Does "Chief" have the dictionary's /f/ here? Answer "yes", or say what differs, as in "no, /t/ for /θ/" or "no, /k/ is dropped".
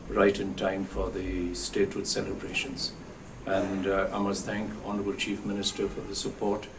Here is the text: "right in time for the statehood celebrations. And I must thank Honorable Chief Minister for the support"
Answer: yes